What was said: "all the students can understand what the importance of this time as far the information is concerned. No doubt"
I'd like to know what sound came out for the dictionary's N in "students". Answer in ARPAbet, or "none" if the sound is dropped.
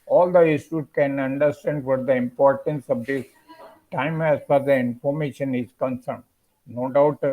none